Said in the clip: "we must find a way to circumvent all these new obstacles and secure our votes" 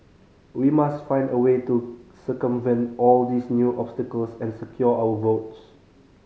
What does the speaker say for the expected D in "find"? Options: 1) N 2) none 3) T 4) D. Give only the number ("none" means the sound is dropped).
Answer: 4